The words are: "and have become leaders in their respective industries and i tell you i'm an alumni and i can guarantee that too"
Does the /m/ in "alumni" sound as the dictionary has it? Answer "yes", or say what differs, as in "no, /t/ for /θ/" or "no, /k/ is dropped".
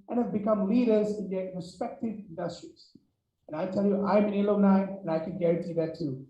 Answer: no, /m/ is dropped